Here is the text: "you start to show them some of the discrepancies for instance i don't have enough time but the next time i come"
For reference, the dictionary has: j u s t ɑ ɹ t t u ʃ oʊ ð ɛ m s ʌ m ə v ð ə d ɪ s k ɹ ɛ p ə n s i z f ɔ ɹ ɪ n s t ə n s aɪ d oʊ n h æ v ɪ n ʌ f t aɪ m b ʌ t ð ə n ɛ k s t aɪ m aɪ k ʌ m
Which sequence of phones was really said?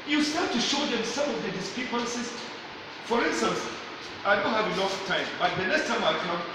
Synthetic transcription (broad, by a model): j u s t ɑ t t u ʃ oʊ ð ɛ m s ʌ m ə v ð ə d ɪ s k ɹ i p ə n s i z f ɔ ɹ ɪ n s t ə n s aɪ d oʊ n h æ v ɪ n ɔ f t aɪ m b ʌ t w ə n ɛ s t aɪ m aɪ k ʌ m